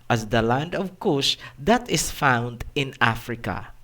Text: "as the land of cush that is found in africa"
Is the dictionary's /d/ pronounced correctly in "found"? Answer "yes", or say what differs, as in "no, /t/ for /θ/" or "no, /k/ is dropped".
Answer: yes